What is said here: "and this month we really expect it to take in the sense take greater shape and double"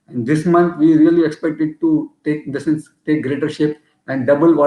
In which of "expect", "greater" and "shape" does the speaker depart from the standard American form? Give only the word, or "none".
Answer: none